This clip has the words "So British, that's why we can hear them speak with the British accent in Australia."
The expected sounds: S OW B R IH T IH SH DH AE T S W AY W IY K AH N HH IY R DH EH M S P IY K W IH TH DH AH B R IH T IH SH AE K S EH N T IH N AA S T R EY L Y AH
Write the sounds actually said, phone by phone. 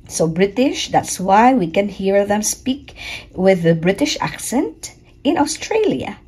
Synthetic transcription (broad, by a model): S OW B R IH T IH SH DH AE T S W AY W IY K AH N HH IY R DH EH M S P IY K W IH DH AH B R IH T IH SH AE K S EH N T IH N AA S T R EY L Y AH